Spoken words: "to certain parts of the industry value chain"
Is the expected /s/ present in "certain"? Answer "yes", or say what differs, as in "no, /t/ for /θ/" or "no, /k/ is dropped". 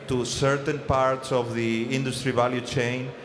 yes